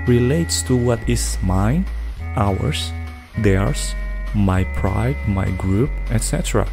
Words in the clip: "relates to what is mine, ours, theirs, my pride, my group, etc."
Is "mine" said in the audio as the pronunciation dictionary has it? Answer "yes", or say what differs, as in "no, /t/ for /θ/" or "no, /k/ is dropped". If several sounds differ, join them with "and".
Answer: no, /n/ is dropped